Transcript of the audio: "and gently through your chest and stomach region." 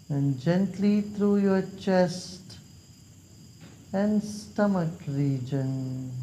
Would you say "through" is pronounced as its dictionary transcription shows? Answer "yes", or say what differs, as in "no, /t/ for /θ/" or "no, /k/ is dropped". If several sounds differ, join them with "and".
no, /t/ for /θ/